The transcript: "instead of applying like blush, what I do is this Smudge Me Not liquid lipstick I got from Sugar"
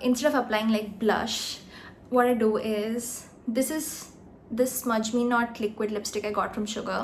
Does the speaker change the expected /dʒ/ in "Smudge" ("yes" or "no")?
no